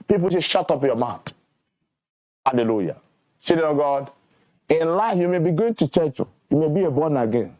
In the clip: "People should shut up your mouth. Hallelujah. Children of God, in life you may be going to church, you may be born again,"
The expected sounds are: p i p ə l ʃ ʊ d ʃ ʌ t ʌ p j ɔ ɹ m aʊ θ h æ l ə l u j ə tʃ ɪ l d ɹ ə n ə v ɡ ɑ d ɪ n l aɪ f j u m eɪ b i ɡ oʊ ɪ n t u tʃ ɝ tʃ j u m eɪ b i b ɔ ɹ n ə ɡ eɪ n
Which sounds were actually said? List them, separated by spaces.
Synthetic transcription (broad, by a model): p i p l s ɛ ʃ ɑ t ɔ p j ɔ m aʊ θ h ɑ l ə l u j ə s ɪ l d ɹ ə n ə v ɡ ɑ d ɪ n l aɪ f j u m eɪ b i ɡ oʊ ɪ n t u tʃ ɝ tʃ j u m eɪ b i b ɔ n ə ɡ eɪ n